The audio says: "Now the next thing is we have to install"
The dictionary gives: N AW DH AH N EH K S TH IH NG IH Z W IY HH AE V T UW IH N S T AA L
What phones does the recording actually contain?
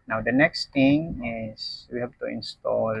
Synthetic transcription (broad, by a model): N AW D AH N EH K S T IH NG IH S W IY HH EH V T UW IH N S T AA L